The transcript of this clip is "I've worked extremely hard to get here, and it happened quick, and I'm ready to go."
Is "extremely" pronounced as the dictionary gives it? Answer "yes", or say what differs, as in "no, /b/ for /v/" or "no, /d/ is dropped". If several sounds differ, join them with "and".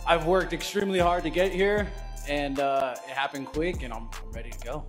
yes